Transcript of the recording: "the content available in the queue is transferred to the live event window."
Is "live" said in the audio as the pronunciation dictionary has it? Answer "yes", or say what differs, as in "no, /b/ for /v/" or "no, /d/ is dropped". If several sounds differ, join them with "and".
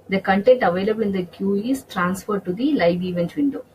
yes